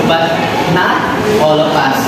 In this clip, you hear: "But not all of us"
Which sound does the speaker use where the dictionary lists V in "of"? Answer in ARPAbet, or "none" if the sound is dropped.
P